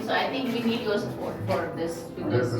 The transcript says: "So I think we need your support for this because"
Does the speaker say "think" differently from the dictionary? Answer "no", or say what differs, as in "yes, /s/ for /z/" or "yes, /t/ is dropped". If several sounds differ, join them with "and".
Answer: yes, /t/ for /θ/